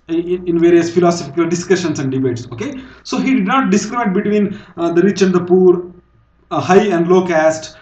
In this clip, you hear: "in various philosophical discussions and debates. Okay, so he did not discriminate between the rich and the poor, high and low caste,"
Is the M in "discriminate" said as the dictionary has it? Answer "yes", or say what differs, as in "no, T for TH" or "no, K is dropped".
no, M is dropped